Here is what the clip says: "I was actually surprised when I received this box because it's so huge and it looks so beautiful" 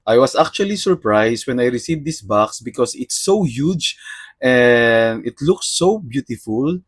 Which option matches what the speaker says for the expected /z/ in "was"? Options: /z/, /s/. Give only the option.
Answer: /s/